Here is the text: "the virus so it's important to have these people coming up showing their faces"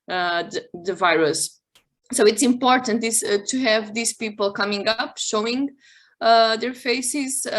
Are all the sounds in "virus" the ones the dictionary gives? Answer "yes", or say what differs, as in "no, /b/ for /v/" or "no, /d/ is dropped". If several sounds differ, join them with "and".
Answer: yes